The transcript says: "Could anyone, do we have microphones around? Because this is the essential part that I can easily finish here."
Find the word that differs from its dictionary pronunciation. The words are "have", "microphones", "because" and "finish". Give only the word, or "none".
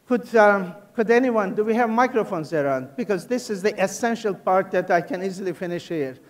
none